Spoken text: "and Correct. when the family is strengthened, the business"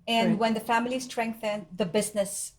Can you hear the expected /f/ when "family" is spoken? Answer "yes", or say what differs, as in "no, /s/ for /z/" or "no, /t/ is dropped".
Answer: yes